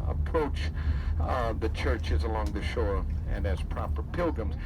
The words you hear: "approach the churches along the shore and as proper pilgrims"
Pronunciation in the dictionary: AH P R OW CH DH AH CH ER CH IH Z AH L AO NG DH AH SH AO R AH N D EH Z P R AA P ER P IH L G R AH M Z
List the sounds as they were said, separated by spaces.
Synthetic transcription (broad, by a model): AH P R OW CH DH AH CH ER CH IH Z AH L AO NG DH AH SH AO R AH N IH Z P R AA P ER P IH L G R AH M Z